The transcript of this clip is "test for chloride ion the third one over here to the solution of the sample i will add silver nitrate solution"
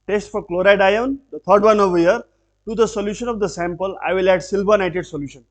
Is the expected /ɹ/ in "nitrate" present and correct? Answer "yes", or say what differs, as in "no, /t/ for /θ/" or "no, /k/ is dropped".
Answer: no, /ɹ/ is dropped